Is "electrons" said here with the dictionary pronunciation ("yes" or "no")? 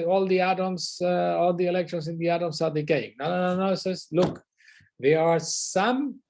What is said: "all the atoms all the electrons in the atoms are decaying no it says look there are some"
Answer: no